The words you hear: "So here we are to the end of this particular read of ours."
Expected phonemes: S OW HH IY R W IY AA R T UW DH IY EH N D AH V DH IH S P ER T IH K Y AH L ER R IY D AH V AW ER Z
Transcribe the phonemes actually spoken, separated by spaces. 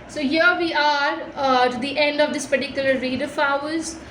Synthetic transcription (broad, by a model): S OW HH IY R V IY AA R T UW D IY EH N D AH V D IH S P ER T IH K Y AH L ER R IY D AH F AW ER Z